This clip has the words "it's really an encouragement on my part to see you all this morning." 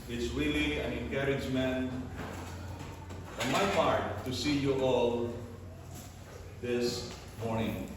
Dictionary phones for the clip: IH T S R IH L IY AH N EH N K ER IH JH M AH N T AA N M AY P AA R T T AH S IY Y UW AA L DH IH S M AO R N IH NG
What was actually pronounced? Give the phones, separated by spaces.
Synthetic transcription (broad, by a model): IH T S W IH L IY AH N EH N K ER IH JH M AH N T AA N M AY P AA R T T AH S IY Y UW AA L DH IH S M AO R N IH NG